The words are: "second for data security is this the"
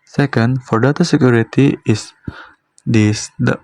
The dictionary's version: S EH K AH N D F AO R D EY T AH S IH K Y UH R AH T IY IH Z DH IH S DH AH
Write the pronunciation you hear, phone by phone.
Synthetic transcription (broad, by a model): S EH K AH N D F AO R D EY T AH S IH K Y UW R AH T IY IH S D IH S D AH